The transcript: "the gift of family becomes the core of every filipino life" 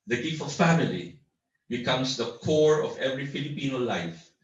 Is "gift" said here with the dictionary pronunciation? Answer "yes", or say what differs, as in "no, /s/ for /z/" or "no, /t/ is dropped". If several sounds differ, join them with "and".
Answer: no, /t/ is dropped